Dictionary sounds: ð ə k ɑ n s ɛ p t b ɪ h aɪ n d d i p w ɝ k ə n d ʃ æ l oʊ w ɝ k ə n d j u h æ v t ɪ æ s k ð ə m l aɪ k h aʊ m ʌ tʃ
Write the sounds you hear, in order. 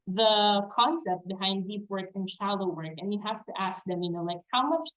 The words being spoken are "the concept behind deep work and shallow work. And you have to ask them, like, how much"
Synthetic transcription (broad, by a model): ð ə k ɑ n s ɛ p t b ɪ h aɪ n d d i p w ɝ k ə n ʃ æ l oʊ w ɝ k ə n j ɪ h æ f t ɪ æ s k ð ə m l aɪ k h aʊ m ʌ tʃ